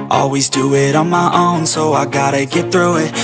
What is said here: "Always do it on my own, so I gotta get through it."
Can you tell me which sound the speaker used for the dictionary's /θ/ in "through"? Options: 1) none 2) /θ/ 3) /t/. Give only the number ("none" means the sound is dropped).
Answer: 2